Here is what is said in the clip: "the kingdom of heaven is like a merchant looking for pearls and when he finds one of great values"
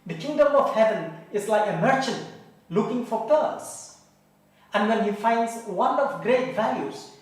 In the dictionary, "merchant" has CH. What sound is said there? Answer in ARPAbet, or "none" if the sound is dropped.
CH